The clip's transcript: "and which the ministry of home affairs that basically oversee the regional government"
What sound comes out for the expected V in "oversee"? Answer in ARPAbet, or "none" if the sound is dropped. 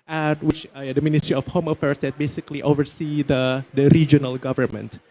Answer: V